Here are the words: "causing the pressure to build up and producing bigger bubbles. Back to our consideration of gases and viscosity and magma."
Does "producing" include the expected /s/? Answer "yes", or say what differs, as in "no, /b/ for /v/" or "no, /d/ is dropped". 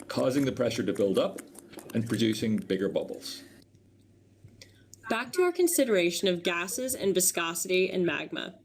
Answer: yes